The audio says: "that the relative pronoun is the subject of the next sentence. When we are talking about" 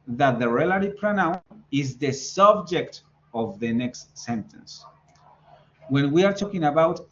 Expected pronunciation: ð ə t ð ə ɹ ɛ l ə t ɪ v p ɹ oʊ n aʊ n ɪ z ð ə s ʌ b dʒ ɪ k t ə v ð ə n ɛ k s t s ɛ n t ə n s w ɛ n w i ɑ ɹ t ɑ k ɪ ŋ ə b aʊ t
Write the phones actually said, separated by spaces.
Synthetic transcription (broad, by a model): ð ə t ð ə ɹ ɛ l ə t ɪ p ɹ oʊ n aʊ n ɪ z ð ə s ʌ b dʒ ɪ k t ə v ð ə n ɛ k s t s ɛ n t ə n s w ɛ n w i ɑ ɹ t ɑ k ɪ ŋ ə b aʊ t